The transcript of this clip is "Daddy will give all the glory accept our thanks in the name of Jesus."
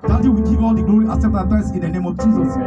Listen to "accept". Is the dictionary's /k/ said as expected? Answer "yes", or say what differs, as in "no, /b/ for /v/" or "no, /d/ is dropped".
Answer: no, /k/ is dropped